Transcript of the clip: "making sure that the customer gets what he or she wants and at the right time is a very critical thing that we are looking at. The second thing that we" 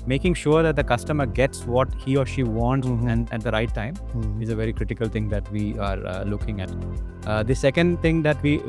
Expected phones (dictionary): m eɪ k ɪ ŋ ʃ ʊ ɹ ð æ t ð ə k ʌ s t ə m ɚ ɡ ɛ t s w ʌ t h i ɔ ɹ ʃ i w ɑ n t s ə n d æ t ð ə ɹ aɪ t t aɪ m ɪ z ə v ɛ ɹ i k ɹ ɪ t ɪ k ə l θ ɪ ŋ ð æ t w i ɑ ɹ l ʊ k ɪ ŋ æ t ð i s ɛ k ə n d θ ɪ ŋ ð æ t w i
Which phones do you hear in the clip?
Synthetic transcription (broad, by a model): m eɪ k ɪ ŋ ʃ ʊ ɹ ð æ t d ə k ʌ s t ə m ɚ ɡ ɛ t s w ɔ t h i ɔ ɹ ʃ i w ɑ n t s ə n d æ t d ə ɹ aɪ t t aɪ m ɪ z ə v ɛ ɹ i k ɹ ɪ t ɪ k ə l t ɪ ŋ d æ t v i ɑ ɹ l ʊ k ɪ ŋ æ t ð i s ɛ k ə n d t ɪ ŋ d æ t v i